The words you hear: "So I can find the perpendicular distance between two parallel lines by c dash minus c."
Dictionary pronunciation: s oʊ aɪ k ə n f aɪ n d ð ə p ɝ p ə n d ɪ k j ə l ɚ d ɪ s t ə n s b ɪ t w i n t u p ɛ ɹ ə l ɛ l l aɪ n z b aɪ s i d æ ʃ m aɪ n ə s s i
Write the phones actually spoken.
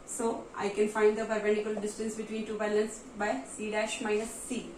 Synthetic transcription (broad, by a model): s oʊ aɪ k ə n f aɪ n d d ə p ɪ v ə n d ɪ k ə l d ɪ s t ə n s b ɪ t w i n t u b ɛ l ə n s b aɪ s i d æ ʃ m aɪ n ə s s i